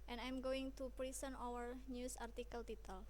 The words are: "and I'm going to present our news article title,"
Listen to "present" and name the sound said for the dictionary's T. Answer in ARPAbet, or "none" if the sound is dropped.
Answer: none